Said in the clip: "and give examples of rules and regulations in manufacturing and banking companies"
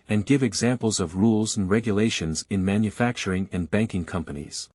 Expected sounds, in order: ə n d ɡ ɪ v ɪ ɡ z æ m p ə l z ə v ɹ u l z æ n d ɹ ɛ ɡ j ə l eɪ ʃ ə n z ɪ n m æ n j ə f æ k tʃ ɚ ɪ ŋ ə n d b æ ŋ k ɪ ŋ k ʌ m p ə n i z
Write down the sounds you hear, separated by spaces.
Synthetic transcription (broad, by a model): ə n ɡ ɪ v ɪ ɡ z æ m p l z ə v ɹ u l z n ɹ ɛ ɡ j ə l eɪ ʃ ə n z ɪ n m æ n j ə f æ k tʃ ɚ ɪ ŋ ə n b æ ŋ k ɪ ŋ k ʌ m p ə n i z